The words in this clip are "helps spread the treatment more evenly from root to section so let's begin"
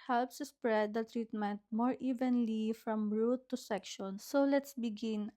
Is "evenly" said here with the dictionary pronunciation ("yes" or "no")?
yes